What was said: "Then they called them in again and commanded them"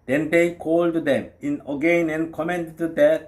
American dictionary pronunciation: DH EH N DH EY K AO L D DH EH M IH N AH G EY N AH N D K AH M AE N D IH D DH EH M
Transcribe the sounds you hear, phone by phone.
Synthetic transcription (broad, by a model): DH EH N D EY K AO L D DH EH M IH N AH G EY N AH N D K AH M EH N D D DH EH